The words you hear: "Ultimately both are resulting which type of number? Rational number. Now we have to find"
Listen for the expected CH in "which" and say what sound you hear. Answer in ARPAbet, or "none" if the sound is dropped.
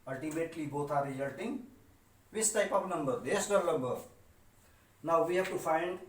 S